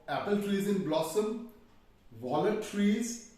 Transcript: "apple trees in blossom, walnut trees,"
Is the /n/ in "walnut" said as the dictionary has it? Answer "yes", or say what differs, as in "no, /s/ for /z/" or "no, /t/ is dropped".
no, /n/ is dropped